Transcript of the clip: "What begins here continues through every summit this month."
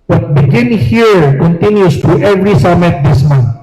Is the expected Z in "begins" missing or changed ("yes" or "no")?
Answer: yes